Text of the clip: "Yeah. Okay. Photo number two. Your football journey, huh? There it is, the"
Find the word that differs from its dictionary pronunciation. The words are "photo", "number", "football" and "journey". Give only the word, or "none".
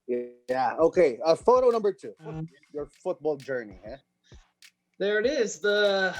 none